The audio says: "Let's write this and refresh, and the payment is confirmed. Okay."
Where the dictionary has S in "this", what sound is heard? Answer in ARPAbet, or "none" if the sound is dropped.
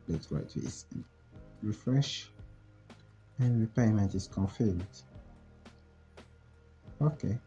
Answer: none